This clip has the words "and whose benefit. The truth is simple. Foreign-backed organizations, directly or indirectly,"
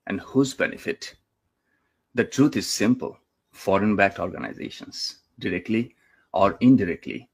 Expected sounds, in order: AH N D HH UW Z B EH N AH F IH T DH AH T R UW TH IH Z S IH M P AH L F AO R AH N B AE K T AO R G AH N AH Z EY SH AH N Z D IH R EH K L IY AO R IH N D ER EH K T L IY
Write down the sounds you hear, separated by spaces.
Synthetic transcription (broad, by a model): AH N D HH UW Z B EH N AH F IH T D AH T R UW T IH Z S IH M P AH L F AO R AH N B AE K T AO R G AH N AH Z EY SH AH N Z D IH R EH K L IY AO R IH N D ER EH K T L IY